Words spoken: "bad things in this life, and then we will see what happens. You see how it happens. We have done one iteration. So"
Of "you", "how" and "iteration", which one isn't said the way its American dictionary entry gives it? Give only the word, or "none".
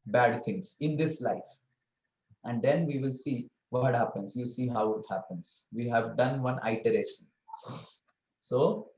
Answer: none